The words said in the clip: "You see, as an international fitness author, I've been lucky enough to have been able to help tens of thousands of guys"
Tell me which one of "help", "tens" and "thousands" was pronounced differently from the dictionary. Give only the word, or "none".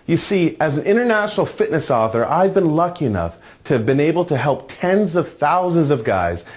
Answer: none